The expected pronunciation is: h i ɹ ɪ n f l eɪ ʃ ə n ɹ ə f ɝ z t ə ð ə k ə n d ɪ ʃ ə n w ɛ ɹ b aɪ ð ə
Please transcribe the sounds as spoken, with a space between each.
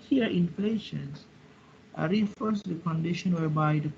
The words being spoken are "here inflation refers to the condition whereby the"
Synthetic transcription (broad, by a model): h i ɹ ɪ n f l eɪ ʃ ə n ɹ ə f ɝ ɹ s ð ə k ə n d ɪ ʃ ə n w ɛ ɹ b aɪ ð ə